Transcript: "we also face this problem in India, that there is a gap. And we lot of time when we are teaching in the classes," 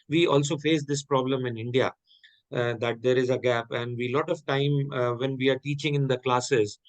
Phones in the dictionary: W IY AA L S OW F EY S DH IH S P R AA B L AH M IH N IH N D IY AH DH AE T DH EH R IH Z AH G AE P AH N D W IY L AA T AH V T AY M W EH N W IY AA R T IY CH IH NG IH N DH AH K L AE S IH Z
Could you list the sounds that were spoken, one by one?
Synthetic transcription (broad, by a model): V IY AA L S OW F EY S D IH S P R AA B L AH M IH N IH N D IY AH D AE T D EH R IH Z AH G AE P AH N D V IY L AA T AH V T AY M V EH N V IY AA R T IY CH IH NG IH N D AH K L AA S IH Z